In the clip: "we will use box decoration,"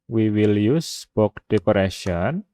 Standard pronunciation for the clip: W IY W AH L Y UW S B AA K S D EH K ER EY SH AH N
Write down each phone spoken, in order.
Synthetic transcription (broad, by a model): W IY W AH L Y UW S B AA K D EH K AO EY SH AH N